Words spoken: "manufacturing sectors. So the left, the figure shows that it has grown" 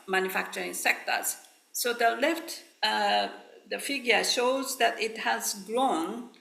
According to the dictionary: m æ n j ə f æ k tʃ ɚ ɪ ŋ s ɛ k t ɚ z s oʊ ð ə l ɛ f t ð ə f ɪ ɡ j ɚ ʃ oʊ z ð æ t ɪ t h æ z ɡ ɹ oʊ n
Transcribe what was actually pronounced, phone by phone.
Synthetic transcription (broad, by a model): m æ n j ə f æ k tʃ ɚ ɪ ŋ s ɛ k t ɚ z s oʊ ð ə l ɛ f t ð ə f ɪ ɡ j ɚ ʃ oʊ z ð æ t ɪ t h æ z ɡ ɹ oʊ n